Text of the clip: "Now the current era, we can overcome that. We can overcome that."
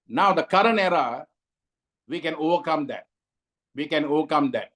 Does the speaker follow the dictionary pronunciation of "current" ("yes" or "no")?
no